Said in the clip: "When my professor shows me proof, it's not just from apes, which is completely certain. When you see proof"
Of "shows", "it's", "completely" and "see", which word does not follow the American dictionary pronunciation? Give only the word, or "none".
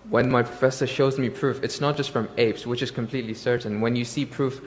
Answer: none